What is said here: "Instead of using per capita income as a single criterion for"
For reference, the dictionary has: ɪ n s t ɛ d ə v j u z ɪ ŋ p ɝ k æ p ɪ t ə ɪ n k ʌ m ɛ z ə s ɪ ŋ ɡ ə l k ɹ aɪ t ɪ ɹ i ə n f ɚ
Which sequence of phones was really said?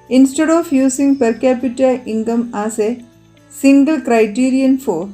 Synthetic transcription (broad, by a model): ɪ n s t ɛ d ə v j u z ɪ ŋ p ɝ k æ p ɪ t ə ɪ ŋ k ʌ m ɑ s ə s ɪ ŋ ɡ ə l k ɹ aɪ t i ɹ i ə n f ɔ